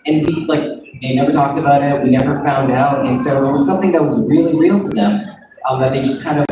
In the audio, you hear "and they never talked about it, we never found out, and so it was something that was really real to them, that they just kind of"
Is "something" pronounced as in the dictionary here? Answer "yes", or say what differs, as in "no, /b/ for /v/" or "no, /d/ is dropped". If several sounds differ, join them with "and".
yes